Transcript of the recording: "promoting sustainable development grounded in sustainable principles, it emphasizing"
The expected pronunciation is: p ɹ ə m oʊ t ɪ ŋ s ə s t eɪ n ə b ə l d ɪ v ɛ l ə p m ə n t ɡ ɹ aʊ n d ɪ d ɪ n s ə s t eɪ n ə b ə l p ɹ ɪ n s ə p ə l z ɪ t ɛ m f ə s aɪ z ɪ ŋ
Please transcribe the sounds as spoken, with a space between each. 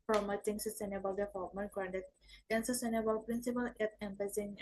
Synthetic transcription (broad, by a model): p ɹ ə m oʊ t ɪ ŋ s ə s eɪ n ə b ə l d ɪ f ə m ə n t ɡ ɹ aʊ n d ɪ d ɪ n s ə s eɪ n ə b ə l p ɹ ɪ n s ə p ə l ɪ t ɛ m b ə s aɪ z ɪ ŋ